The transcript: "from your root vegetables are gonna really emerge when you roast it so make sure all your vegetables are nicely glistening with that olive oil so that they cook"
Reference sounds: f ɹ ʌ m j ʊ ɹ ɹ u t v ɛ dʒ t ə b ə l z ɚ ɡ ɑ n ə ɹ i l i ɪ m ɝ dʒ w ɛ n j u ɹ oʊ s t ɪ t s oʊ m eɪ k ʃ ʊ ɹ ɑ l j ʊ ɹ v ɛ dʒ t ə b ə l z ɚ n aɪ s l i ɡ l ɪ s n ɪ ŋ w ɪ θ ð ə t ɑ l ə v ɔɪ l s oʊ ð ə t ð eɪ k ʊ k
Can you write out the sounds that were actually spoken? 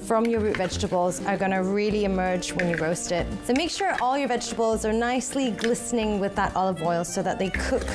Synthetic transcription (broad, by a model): f ɹ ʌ m j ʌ ɹ ɹ u t v ɛ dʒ t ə b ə l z ɚ ɡ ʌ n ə ɹ i l i ɪ m ɝ dʒ w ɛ n j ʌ ɹ oʊ s t ɪ t s oʊ m eɪ k ʃ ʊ ɹ ɑ l j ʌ ɹ v ɛ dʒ t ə b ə l z ɚ n aɪ s l i ɡ l ɪ s n ɪ ŋ w ɪ ð ə t ɑ l ə v ɔɪ l s oʊ ð ə t ð eɪ k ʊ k